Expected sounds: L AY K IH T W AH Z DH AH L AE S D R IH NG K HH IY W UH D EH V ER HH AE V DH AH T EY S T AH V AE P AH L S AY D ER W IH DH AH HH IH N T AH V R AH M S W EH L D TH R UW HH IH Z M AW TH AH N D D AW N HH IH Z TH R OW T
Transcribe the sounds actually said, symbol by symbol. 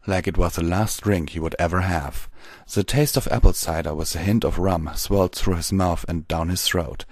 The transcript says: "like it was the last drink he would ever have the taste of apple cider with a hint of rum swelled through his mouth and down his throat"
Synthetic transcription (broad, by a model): L AY K IH T W AH Z DH AH L AE S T R IH NG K HH IY W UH D EH V ER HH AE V DH AH T EY S T AH V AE P L S AY D ER W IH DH AH HH IH N T AH V R AH M S W EH L D TH R UW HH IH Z M AW TH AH N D D AW N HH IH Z TH R OW T